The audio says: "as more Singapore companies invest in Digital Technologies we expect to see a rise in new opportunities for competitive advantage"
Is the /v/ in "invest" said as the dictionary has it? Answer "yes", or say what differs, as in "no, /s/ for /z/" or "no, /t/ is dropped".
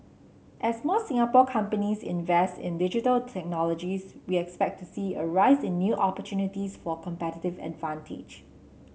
yes